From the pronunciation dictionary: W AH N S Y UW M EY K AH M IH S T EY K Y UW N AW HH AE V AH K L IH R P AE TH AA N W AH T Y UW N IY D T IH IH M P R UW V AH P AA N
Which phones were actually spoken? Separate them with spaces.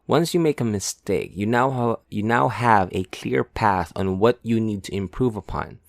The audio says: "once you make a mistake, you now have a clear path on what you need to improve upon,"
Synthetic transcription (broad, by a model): W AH N S Y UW M EY K AH M IH S T EY K Y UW N AW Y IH V AH K L IH R P AE TH N W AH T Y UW N IY D T IH IH M P R UW V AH P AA N